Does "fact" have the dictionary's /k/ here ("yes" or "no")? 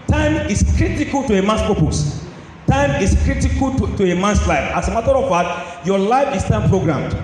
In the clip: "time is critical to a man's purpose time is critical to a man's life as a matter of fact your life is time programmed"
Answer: no